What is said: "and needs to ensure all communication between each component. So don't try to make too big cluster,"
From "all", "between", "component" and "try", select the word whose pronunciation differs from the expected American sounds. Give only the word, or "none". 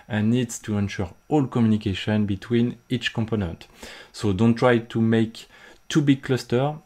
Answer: none